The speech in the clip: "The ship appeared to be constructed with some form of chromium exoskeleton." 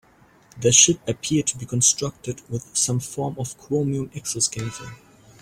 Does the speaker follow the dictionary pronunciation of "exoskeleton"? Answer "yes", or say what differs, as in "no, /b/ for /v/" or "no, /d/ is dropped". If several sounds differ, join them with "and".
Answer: no, /l/ is dropped and /n/ is dropped